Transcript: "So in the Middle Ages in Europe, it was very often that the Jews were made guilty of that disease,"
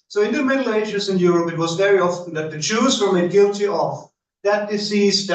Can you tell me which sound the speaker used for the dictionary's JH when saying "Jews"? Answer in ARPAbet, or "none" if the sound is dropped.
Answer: CH